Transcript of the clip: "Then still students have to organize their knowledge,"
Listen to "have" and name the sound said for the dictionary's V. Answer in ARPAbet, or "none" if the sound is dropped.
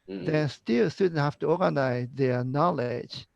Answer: F